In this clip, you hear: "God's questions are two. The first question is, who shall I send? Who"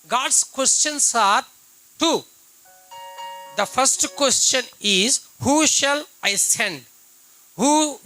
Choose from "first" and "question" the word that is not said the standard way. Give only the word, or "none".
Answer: none